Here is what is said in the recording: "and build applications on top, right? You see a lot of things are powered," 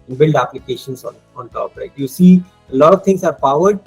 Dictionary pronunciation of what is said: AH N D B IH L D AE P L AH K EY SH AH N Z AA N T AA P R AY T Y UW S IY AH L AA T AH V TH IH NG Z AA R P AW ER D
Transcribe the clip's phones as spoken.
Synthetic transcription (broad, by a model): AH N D B IH L D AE P L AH K EY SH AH N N AA N T AA P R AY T Y UW S IY AH L AA T AH V T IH NG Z AA R P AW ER D